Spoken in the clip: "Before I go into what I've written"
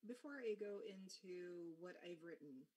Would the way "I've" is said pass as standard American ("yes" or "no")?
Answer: yes